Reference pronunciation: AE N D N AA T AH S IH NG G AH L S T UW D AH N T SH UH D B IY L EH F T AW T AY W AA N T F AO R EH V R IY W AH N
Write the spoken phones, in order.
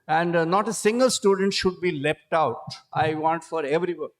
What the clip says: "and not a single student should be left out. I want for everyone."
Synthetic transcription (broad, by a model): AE N D N AA T AH S IH NG G AH L S T UW D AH N T SH UH D B IY L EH P T AW T AY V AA N T F AO R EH V R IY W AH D